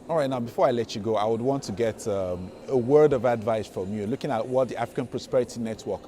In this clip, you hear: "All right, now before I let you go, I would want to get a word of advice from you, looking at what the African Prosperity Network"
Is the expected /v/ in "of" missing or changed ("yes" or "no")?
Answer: no